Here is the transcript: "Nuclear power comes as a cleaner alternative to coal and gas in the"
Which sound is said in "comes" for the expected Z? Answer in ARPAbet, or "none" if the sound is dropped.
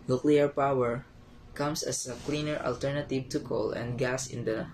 S